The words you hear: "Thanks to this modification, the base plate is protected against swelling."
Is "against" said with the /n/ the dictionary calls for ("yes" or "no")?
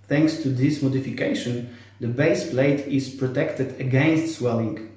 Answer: yes